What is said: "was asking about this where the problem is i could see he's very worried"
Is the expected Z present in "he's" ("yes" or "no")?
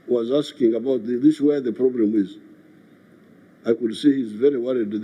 yes